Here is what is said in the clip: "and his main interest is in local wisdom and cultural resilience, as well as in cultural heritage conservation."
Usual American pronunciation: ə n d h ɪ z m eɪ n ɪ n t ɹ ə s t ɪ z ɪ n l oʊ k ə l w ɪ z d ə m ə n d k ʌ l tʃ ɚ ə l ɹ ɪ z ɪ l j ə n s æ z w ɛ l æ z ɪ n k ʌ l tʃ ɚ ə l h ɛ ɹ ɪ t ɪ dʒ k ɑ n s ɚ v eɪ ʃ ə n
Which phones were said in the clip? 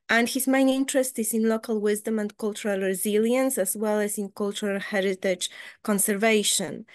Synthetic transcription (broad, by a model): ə n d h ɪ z m eɪ n ɪ n t ɹ ə s t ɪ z ɪ n l oʊ k ə l w ɪ z d ə m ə n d k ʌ l tʃ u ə l ɹ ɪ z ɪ l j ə n s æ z w ɛ l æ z ɪ n k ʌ l tʃ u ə l h ɛ ɹ ɪ t ɪ dʒ k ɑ n s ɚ v eɪ ʃ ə n